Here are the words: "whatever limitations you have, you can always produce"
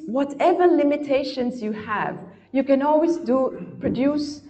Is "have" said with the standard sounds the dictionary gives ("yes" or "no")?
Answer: yes